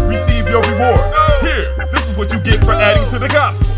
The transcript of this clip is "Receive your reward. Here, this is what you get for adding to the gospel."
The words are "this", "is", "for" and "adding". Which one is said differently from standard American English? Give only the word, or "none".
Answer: none